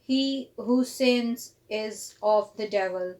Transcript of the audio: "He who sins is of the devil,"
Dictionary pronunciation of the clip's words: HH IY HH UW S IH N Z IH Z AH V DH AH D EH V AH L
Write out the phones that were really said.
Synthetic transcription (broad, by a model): HH IY HH UW S IH N Z IH Z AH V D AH D EH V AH L